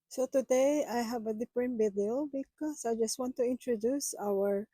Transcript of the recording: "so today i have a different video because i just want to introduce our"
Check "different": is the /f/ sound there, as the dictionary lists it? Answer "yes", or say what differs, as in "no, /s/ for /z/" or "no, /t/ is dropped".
no, /p/ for /f/